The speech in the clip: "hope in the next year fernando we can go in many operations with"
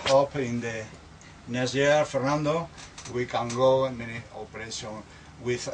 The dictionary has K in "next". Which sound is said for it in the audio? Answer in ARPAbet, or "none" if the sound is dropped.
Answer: none